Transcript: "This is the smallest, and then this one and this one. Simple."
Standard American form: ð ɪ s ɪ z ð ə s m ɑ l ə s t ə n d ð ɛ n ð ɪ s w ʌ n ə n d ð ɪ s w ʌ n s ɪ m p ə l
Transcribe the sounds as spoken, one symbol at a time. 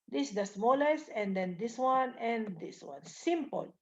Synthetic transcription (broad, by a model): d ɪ s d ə s m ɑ l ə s ə n d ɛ n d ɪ s w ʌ n ə n d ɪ s w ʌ n s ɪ m p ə l